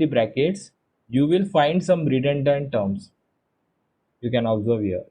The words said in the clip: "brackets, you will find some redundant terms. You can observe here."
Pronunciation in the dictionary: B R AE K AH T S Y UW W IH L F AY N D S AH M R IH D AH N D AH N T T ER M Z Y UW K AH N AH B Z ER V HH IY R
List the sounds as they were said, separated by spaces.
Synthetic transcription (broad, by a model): B R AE K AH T S Y UW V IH L F AY N D S AH M R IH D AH N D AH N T T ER M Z Y UW K AH N AH B Z ER V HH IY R